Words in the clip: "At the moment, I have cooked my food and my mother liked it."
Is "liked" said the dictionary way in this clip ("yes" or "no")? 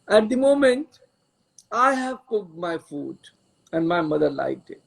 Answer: no